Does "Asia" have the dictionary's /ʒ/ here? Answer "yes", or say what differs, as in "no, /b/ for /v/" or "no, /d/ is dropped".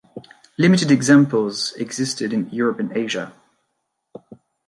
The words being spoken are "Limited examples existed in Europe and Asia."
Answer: yes